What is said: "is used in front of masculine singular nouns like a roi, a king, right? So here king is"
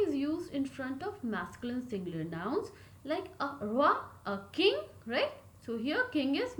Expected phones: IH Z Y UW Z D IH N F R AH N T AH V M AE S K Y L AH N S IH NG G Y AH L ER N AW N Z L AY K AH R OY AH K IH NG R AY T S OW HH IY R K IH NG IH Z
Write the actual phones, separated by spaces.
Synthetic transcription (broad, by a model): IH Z Y UW Z D IH N F R AH N T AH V M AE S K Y L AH N S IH NG G L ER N AW N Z L AY K AH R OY AH K IH NG R AY T S OW HH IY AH K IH NG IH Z